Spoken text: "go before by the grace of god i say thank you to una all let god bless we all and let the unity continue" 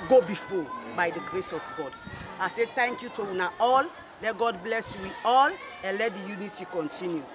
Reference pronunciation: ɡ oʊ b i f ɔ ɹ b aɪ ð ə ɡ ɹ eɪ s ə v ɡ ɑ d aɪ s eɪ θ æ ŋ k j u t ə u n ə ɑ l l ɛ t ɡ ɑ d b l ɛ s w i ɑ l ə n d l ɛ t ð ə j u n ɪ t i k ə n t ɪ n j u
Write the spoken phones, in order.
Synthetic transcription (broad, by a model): ɡ oʊ b i f ɔ b aɪ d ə ɡ ɹ eɪ s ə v ɡ ɑ d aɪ s eɪ t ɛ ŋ k j u t ə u n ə ɑ l l ɛ t ɡ ɑ d b l ɛ s w i ɑ l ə n l ɛ t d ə j u n ɪ t i k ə n t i n j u